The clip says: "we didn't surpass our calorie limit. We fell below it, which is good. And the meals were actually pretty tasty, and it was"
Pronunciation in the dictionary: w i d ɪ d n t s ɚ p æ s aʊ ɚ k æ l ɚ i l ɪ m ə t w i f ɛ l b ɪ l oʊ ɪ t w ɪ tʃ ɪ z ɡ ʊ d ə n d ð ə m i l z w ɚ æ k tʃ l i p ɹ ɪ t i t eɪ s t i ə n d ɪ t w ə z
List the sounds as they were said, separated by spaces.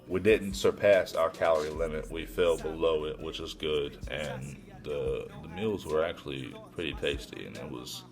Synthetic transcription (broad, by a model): w i d ɪ d n t s ɚ p æ s aʊ ɚ k æ l ɚ i l ɪ m ə t w i f ɛ l b ɪ l oʊ ɪ t w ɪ tʃ ɪ z ɡ ʊ d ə n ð ð ə m i l z w ɚ æ k tʃ l i p ɹ ɪ t i t eɪ s t i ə n ɪ t w ə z